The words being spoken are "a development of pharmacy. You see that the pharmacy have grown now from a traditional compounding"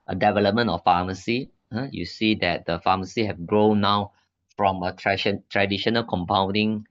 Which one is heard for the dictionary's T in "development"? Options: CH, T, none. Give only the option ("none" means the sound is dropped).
none